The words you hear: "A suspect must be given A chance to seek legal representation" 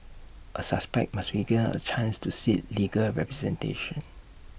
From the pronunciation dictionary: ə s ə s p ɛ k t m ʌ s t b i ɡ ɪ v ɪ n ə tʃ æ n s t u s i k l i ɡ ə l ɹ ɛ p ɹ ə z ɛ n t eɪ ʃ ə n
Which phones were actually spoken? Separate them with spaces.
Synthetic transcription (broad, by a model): ə s ə s p ɛ k t m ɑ s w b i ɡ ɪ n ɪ ə tʃ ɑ n s t u s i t l i ɡ ə l ɹ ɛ p ɹ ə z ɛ n t eɪ ʃ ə n